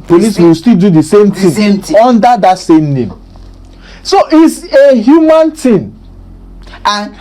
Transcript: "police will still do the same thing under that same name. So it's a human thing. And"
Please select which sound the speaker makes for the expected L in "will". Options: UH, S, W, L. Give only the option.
W